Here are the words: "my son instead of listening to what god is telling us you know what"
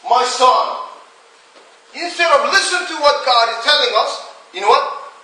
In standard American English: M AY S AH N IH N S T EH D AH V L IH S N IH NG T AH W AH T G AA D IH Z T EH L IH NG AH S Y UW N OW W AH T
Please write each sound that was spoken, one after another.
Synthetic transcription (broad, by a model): M AY S AH N IH N S T EH D AH V L IH S IH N T AH W AH T G AA D IH Z T EH L IH NG AH S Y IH N OW W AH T